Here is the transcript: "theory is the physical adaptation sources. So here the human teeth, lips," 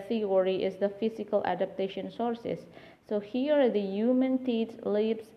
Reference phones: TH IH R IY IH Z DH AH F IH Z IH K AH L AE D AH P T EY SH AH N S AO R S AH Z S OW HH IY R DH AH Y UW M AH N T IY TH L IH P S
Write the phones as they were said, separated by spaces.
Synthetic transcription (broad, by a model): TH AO R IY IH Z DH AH F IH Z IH K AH L AE D AH P T EY SH AH N S AO R S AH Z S OW HH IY R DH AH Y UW M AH N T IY T L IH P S